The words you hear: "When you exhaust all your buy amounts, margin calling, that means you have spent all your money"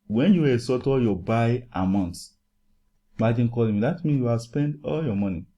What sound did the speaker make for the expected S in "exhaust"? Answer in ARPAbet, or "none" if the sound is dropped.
none